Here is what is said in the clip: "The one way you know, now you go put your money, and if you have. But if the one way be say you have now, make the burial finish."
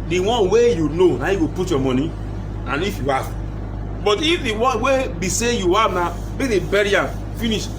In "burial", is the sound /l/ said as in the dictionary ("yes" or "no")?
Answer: no